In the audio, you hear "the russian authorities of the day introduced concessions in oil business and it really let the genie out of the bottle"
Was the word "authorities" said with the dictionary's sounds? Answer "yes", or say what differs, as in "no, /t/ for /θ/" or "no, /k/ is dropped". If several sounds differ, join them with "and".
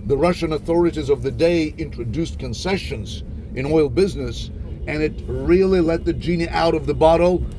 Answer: yes